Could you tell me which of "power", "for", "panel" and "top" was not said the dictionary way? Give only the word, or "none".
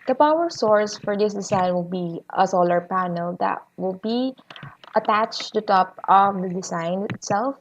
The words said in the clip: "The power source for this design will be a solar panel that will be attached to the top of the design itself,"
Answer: none